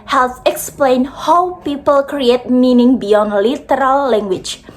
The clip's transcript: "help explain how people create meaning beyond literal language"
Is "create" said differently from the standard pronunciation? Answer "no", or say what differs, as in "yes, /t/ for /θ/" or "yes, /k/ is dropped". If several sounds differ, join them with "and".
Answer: no